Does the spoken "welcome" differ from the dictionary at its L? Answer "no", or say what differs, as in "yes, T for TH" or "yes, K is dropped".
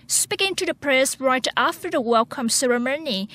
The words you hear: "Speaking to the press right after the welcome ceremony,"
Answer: no